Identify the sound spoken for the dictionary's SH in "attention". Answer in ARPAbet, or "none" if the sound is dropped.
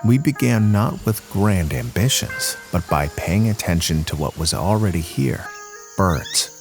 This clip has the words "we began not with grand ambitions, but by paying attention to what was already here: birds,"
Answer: SH